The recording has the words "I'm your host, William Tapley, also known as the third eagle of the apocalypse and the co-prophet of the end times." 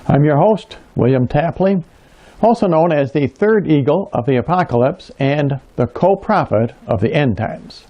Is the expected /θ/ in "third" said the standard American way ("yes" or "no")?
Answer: yes